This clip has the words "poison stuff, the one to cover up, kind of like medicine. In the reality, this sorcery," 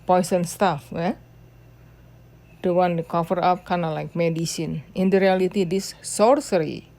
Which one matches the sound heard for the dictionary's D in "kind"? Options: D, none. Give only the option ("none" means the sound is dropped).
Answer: none